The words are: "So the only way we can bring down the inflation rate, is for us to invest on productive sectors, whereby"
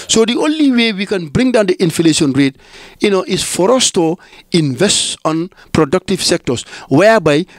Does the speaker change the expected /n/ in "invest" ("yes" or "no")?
no